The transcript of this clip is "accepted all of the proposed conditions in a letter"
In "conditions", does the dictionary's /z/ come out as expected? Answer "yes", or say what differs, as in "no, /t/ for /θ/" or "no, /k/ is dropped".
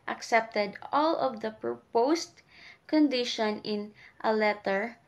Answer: no, /z/ is dropped